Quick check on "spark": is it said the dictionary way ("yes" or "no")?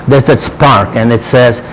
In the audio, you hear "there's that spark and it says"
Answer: yes